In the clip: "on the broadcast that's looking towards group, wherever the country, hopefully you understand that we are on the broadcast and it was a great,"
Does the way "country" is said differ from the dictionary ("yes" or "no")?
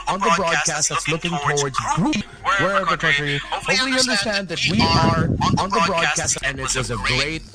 yes